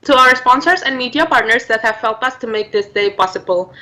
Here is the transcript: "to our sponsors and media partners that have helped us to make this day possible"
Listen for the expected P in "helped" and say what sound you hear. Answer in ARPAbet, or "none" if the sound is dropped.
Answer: none